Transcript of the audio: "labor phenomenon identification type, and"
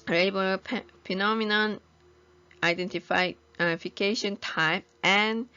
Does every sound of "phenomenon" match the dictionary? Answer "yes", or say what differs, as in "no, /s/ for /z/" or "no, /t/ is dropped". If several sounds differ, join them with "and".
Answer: no, /p/ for /f/